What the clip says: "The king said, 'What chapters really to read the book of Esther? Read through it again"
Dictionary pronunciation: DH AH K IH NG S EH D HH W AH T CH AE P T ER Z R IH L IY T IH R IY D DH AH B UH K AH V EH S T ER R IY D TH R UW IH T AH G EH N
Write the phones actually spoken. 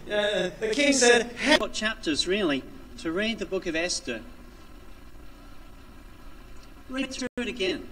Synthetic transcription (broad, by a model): DH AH K IH NG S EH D HH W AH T CH AE P T ER Z R IH L IY T IH R IY D DH AH B UH K AH V EH S T ER R IY D TH R UW IH T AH G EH N